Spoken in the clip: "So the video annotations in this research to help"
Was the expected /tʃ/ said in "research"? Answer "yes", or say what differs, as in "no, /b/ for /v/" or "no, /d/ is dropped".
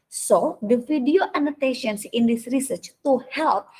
yes